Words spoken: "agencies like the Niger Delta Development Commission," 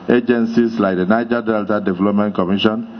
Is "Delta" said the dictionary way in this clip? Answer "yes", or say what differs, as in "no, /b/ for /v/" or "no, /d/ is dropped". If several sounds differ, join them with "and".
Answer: yes